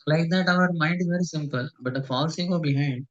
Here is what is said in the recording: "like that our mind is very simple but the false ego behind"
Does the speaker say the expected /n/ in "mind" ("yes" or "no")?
yes